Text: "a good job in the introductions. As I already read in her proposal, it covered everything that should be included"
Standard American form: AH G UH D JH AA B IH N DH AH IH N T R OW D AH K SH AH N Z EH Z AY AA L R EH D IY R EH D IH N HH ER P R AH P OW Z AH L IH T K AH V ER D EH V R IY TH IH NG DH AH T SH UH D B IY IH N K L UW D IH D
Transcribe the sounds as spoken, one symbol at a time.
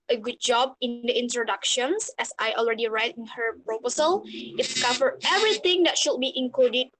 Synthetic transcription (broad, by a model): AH G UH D JH AA B IH N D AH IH N T R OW D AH K SH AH N S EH S AY AA L R EH D IY R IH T IH N HH ER P R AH P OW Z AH L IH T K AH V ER EH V R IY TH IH NG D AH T SH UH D B IY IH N K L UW D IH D